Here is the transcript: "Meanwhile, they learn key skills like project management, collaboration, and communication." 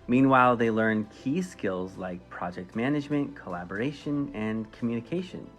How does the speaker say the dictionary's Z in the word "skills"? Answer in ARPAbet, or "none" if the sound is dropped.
Z